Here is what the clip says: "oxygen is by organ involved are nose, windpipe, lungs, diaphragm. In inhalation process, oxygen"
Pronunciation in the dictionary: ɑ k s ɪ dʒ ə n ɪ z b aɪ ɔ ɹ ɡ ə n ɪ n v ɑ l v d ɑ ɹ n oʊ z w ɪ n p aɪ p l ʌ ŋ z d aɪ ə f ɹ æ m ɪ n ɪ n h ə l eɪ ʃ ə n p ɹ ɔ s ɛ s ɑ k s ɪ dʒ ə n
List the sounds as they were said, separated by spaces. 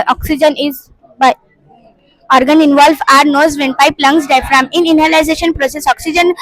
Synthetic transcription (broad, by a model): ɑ k s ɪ dʒ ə n ɪ z b aɪ ɔ ɹ ɡ ə n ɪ n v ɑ l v ɑ ɹ n oʊ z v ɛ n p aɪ p l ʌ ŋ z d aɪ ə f ɹ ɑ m ɪ n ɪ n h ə l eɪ ʃ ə n p ɹ ɔ s ɛ s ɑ k s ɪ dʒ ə n